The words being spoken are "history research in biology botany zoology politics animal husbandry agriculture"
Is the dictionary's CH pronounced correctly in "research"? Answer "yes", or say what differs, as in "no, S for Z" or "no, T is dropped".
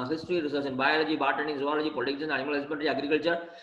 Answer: no, S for CH